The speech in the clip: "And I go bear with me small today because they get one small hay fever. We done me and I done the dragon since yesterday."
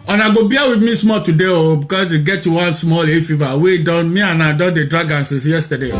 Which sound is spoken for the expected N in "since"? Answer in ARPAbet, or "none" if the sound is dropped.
none